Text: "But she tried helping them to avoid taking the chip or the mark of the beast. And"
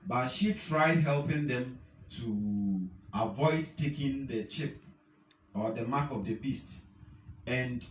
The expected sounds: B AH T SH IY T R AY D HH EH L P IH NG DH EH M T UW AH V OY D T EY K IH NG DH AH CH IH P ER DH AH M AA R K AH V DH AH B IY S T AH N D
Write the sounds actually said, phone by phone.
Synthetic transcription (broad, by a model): B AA T SH IY T R AY D HH EH L P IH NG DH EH M T UW AH V OY D T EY K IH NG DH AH CH IH P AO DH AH M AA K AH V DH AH B IY S T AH N D